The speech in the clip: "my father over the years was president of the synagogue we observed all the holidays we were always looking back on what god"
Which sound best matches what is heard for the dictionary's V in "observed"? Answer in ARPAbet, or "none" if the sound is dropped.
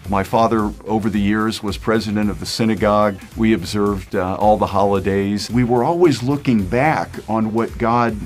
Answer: V